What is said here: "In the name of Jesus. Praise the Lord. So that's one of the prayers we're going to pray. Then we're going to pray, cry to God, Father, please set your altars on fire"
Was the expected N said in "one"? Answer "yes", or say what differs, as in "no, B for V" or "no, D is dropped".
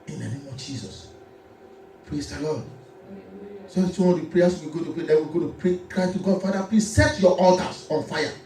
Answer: no, N is dropped